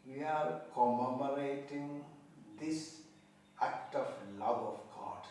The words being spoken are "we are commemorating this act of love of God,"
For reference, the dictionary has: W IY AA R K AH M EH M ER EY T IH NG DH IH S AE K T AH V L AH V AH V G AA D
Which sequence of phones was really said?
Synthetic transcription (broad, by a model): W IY AA R K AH M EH M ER EY T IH NG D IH S AE K T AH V L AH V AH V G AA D